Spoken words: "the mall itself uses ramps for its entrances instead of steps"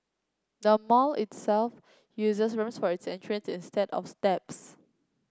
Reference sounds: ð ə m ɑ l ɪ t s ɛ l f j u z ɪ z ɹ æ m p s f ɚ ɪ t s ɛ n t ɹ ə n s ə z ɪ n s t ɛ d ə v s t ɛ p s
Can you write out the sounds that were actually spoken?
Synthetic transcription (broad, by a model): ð ə m ɑ l ɪ t s ɛ l f j u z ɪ s ɹ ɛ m s f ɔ ɪ t s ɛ n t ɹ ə n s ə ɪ n s t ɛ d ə f s t ɛ p s